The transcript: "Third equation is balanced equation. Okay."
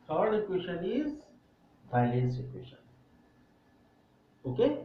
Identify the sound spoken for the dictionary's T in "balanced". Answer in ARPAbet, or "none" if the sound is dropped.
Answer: none